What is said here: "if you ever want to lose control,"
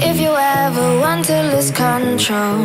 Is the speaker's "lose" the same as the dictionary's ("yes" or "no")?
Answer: no